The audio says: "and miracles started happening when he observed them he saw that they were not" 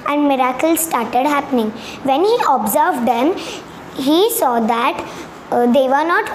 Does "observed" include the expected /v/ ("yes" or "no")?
yes